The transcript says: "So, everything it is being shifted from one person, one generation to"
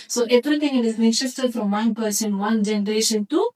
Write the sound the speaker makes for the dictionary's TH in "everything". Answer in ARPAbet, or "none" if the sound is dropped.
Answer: T